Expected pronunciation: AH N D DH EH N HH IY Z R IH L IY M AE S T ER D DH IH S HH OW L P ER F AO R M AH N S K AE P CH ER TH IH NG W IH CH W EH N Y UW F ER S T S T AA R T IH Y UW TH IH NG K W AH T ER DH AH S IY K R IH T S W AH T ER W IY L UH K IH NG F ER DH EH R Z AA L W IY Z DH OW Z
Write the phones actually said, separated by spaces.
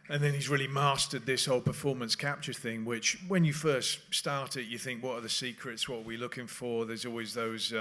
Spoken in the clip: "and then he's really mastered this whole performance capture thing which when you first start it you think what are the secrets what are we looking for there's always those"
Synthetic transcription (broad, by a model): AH N DH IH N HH IY Z R IH L IY M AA S T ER D DH IH S HH OW L P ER F AO R M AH N S K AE P CH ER TH IH NG W IH CH W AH N Y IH F ER S T S T AA R T IH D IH TH IH NG K W AH T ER DH AH S IY K R IH T S W AH T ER W IY L UH K IH NG F ER DH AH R Z AA L W IY Z DH OW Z